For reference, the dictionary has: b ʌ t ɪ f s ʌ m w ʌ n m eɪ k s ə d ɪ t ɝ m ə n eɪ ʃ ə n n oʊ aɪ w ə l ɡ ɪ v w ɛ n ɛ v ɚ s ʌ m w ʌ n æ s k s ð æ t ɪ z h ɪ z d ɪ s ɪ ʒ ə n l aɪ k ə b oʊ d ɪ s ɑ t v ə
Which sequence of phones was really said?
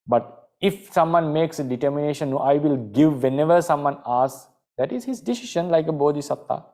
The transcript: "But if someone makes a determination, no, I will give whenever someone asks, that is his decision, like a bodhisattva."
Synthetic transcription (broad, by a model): b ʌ t ɪ f s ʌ m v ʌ n m eɪ k s ə d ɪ t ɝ m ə n eɪ ʃ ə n n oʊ aɪ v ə l ɡ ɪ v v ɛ n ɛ v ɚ s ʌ m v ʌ n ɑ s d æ t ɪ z h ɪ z d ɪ s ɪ ʃ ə n l aɪ k ə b oʊ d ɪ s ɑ t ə